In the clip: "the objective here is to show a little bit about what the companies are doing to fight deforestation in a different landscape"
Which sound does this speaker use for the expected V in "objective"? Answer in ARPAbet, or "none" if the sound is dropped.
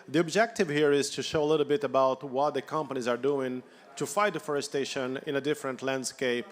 V